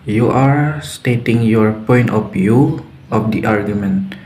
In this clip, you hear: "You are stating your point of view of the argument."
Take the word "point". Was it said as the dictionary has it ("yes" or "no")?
yes